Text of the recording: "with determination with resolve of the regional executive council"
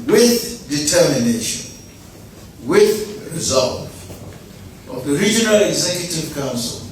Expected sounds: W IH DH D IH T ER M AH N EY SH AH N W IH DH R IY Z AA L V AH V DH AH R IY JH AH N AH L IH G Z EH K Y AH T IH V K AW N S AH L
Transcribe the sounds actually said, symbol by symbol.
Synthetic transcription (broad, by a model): W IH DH D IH T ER M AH N EY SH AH N W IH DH R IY Z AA L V AH V DH AH R IY JH AH N AH L IH G Z EH K Y AH T IH V K AW N S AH L